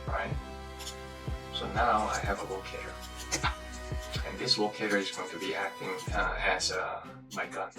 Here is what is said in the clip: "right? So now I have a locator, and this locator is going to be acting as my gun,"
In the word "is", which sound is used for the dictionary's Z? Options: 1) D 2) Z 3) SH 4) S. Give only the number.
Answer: 2